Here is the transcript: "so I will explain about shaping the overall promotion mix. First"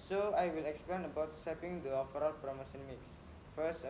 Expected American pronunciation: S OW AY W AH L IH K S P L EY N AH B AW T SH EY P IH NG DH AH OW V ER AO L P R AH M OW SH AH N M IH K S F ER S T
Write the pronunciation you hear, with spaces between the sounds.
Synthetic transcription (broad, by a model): S OW AY W AH L IH K S P L EY N AH B AW T S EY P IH NG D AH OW F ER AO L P R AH M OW S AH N M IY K S F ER S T